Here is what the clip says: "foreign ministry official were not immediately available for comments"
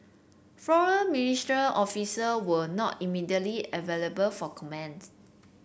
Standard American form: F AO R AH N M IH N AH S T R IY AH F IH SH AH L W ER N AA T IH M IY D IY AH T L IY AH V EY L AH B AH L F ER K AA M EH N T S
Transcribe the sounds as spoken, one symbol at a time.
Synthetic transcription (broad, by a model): F AO R AH N M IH N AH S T R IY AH F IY S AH W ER N AA T IH M IY D IY AH T L IY AH V EY L AH B AH L F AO K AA M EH N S